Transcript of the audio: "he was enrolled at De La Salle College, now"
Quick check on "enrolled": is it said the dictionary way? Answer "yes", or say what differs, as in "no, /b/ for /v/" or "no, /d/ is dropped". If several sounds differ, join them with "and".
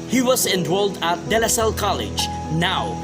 no, /w/ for /ɹ/